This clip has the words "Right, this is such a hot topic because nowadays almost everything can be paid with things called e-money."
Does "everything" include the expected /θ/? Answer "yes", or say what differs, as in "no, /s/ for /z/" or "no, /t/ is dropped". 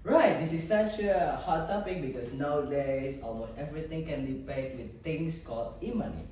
no, /t/ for /θ/